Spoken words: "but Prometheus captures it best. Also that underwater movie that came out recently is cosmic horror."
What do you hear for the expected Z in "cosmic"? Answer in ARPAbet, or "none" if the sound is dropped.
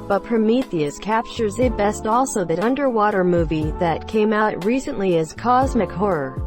Z